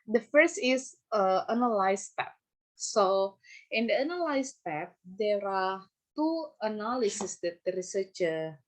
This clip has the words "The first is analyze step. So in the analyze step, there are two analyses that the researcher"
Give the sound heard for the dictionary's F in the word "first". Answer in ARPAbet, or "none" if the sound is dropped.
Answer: F